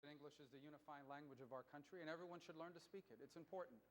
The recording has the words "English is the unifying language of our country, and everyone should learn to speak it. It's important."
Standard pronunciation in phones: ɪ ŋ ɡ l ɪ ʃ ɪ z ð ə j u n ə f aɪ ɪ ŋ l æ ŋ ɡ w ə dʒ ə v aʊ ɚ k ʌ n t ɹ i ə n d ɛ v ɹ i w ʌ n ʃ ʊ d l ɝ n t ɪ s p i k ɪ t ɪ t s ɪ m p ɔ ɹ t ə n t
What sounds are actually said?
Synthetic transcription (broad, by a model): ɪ ŋ ɡ l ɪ ʃ ɪ z ð ə j u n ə f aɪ ɪ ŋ l æ ŋ ɡ w ə dʒ ə v aʊ ɚ k ʌ n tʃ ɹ i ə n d ɛ v ɹ i w ʌ n ʃ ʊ d l ɝ n t ɪ s p i k ɪ t ɪ t s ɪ m p ɔ ɹ t n t